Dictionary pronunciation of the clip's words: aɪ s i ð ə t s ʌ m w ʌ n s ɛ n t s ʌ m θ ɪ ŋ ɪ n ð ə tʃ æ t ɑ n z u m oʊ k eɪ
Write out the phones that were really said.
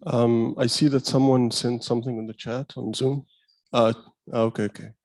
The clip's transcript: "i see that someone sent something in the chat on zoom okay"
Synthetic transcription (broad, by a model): aɪ s i ð ə t s ʌ m w ʌ n s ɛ n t s ʌ m θ ɪ ŋ ɪ n ð ə tʃ æ t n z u m oʊ k eɪ